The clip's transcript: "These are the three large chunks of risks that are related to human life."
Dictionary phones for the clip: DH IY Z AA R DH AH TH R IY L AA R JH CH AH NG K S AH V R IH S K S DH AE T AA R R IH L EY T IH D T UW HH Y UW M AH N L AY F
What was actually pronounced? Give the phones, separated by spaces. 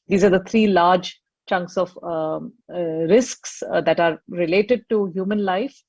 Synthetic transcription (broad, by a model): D IY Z AA R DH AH T R IY L AA R JH CH AH NG K S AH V R IH S K S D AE T AA R R IH L EY T IH D T UW HH Y UW M AH N L AY F